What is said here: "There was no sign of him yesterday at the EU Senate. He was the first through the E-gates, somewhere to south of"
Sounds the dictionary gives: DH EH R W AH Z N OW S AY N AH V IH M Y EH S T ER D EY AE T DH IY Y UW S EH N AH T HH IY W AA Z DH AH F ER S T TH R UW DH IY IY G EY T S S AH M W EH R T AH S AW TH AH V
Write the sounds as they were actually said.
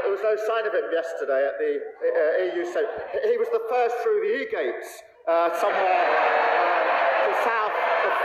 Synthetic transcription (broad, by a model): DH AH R W AH Z N OW S AY N AH V IH M Y EH S T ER D EY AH T DH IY Y UW S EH AH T HH IY W AA Z DH AH F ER S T TH R UW DH IY IY G EY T S S AH M W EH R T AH S AW TH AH